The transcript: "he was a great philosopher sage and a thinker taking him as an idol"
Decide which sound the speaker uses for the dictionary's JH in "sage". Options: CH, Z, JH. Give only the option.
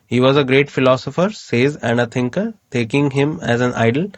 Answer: Z